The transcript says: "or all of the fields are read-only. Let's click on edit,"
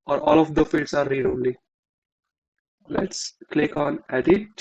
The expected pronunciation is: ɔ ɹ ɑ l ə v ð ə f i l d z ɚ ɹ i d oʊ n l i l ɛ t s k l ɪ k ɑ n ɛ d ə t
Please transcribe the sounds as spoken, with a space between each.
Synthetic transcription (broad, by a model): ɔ ɹ ɑ l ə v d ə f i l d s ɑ ɹ i d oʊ l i l ɛ t s k l ɪ k ɑ n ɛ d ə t